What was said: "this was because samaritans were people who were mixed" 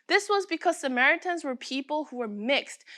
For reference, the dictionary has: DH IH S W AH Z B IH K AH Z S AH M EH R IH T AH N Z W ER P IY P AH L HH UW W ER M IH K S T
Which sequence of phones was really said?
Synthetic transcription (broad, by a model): DH IH S W AH Z B IH K AH Z S AH M EH R IH T AH N Z W ER P IY P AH L HH UW W ER M IH K S T